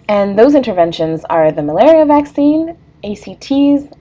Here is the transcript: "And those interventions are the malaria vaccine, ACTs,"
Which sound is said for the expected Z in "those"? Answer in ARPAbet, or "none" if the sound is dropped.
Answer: Z